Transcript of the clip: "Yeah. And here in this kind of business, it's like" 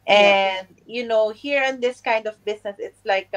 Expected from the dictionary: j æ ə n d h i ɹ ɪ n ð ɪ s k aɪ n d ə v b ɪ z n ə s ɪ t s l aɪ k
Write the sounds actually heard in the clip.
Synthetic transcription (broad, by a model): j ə n d h i ɹ ɪ n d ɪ s k aɪ n d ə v b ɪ s n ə s ɪ t s l aɪ k